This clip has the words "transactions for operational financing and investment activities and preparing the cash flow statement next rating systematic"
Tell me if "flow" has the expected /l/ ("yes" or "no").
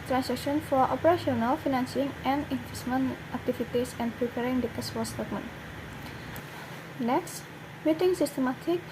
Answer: no